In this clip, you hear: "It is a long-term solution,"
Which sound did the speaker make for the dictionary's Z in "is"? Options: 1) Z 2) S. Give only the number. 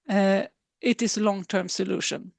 2